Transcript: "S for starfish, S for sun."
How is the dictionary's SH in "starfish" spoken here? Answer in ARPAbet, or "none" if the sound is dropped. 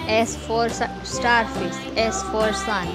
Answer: S